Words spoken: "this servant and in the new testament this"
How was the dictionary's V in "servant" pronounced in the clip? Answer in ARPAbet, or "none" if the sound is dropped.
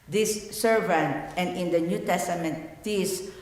V